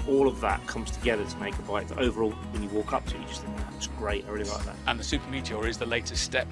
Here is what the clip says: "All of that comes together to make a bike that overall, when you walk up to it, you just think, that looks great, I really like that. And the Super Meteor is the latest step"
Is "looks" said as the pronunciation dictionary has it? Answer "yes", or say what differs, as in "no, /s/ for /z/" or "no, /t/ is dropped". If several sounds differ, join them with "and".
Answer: no, /w/ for /l/